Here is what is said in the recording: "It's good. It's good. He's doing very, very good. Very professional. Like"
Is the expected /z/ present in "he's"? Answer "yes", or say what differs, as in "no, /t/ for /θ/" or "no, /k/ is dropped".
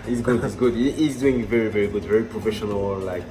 yes